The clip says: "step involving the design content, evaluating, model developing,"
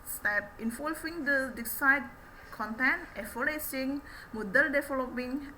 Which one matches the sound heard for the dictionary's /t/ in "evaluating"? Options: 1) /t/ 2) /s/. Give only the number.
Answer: 2